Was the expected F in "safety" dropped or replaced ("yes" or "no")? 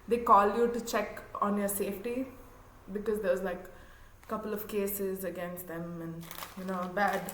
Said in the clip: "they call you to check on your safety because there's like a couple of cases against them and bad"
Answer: no